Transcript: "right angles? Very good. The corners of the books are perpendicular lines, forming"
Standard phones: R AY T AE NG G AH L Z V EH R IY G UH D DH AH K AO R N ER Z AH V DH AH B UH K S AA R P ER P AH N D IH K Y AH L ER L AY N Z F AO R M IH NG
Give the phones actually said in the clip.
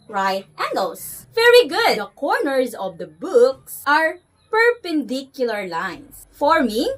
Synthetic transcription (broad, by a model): R AY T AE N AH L S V EH R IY G UH D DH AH K AO R N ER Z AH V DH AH B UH K S AA R P ER P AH N D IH K Y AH L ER L AY N S F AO R M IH